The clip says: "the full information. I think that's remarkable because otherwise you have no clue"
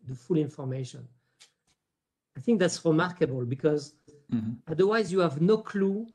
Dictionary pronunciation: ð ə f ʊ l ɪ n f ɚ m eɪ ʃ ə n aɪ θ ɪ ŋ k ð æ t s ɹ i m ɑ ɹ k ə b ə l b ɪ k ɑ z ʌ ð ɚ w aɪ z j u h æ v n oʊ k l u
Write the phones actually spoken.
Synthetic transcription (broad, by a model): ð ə f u l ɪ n f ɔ m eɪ ʃ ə n aɪ θ ɪ ŋ k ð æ t s ɹ i m ɑ ɹ k ə b ə l b ɪ k ɑ z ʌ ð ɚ w aɪ z j u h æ v n oʊ k l u